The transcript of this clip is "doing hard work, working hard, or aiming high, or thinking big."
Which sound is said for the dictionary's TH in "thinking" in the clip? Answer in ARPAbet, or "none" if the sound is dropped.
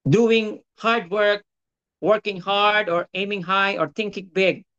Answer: T